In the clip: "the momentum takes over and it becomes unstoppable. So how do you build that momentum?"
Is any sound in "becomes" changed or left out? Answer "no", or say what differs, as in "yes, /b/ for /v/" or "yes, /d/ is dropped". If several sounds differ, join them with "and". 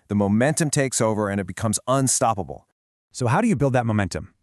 no